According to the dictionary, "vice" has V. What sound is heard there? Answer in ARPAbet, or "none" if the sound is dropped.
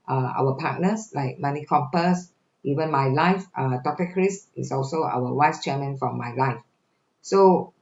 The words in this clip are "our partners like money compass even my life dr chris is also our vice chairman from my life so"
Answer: W